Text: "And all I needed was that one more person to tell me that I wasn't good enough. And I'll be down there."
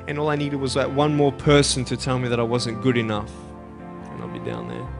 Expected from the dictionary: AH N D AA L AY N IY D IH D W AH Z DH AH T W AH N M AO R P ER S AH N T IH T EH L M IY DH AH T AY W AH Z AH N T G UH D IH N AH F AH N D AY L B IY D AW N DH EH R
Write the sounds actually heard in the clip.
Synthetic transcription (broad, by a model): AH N AA L AY N IY D IH D W AH Z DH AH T W AH N M AO R P ER S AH N T IH T EH L M IY DH AH T AY W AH Z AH N G UH D IH N AH F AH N AY L B IY D AW N DH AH R